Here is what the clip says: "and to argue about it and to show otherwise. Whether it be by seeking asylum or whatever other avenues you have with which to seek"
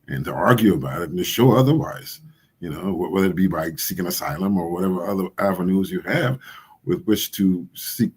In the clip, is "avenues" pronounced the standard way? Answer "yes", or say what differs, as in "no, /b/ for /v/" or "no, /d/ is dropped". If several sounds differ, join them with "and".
yes